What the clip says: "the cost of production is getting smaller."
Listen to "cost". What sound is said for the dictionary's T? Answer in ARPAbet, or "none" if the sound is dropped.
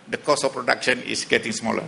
none